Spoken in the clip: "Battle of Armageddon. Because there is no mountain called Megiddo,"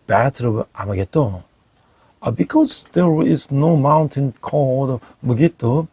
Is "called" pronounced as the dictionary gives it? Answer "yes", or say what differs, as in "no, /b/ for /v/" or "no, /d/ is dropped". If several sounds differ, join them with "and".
no, /l/ is dropped